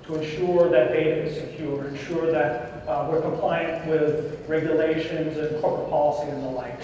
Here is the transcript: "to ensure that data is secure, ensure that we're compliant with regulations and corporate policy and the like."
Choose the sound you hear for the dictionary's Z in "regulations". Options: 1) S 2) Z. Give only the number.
2